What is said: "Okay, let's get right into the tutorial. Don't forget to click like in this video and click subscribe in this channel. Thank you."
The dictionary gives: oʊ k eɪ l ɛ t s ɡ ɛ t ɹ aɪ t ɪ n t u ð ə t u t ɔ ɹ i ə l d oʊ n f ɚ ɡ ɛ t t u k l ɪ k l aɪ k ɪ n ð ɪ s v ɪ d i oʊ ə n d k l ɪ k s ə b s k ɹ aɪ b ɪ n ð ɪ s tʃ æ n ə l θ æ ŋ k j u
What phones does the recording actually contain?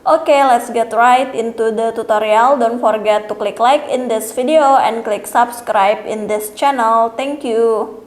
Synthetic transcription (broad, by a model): oʊ k eɪ l ɛ t s ɡ ɛ t ɹ aɪ t ɪ n t u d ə t u t ɔ ɹ i ə l d oʊ n f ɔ ɡ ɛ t t u k l ɪ k l aɪ k ɪ n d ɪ s f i d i oʊ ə n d k l ɪ k s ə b s k ɹ aɪ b ɪ n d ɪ s tʃ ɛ n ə l t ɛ ŋ k j u